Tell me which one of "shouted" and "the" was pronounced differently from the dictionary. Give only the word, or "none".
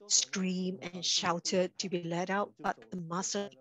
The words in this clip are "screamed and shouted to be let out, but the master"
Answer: none